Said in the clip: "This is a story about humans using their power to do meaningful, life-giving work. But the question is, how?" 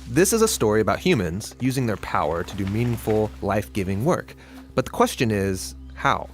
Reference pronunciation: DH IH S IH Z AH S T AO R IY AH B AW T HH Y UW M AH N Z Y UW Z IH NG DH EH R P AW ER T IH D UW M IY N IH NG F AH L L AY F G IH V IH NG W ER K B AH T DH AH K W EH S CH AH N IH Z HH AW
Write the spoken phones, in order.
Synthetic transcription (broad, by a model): DH IH S IH Z AH S T AO R IY AH B AW T HH Y UW M AH N Z Y UW Z IH NG DH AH R P AW ER T IH D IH M IY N IH NG F L L AY F G IH V IH NG W ER K B AH T DH AH K W EH S CH AH N IH Z HH AW